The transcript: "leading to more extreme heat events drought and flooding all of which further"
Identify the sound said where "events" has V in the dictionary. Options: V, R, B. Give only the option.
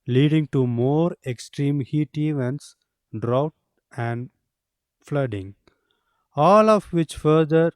V